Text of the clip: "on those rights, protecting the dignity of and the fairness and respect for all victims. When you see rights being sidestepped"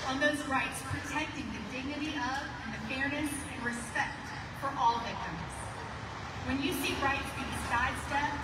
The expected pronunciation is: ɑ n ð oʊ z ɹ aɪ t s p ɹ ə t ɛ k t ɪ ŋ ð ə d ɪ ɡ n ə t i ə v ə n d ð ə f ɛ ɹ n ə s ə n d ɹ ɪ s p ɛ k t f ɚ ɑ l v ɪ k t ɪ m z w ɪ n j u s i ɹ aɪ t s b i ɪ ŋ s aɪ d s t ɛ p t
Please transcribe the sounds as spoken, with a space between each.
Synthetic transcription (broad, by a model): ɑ n ð oʊ z ɹ aɪ t s p ɹ ə t ɛ k t ɪ ŋ ð ə d ɪ ɡ n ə t i ə v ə n ð ə f ɛ ɹ n ə s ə n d ɹ ɪ s p ɛ k t f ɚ ɑ l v ɪ k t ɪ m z w ɪ n j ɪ s i ɹ aɪ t b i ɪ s aɪ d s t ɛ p